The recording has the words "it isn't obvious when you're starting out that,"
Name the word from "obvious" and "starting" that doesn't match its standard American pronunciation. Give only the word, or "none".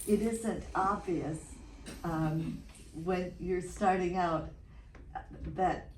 none